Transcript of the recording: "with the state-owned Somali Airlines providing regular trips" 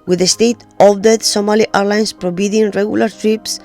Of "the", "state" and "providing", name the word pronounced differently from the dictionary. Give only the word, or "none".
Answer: providing